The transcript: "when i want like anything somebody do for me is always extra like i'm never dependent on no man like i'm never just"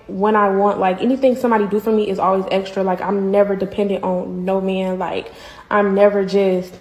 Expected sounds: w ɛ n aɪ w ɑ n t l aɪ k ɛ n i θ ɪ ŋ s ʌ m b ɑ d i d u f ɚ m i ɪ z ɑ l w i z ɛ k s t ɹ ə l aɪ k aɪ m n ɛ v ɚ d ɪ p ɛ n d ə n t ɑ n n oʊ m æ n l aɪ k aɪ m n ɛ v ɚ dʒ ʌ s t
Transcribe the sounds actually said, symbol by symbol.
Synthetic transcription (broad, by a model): w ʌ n aɪ w ɑ n t l aɪ k ɛ n i θ ɪ ŋ s ʌ m b ɑ d i d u f ɚ m i ɪ z ɑ l w i z ɛ k s t ɹ ə l aɪ k aɪ m n ɛ v ɚ d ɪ p ɛ n d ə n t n n oʊ m æ n l aɪ k aɪ m n ɛ v ɚ dʒ ʌ s t